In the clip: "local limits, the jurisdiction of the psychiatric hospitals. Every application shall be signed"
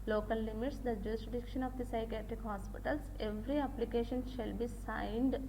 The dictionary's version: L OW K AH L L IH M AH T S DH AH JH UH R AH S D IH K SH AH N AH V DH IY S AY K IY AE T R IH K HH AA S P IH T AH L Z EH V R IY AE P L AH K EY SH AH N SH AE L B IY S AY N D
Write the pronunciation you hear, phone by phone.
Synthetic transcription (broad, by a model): L OW K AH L L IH M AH T S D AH JH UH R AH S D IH K SH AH N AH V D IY S AY K IY AE T R IH K HH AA S P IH T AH L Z EH V R IY AE P L AH K EY SH AH N SH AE L B IY S AY N D